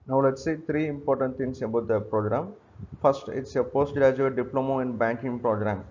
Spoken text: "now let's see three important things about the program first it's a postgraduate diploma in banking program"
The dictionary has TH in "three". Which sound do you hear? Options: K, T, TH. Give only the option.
T